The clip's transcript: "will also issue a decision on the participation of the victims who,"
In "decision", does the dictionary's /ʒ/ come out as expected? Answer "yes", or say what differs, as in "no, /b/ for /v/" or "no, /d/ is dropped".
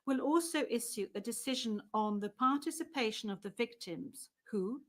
yes